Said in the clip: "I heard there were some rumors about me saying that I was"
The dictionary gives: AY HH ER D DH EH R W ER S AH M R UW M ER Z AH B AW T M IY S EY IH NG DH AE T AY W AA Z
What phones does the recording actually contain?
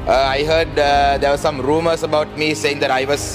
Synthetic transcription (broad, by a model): AY HH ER D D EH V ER S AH M R UW M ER S AH B AW T M IY S EY IH NG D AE T AY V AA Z